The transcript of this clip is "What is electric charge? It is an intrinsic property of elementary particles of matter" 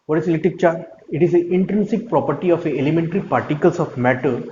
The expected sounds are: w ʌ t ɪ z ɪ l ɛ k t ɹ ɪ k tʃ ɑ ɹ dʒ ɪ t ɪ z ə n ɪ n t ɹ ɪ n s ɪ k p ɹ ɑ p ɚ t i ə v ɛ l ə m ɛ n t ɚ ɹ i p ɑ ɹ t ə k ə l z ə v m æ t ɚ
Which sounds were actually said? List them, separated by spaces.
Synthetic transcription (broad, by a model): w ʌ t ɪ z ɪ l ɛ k t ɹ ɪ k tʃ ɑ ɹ ɪ t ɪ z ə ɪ n t ɹ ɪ n s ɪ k p ɹ ɑ p ɚ t i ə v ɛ l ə m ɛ n t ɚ ɹ i p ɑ ɹ t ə k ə l s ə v m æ t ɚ